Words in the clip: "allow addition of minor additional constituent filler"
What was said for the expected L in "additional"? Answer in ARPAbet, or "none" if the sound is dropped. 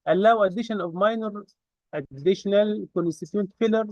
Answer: L